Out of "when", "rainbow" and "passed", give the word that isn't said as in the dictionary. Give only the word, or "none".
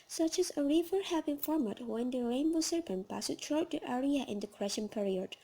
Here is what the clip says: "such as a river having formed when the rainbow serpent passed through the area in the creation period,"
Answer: none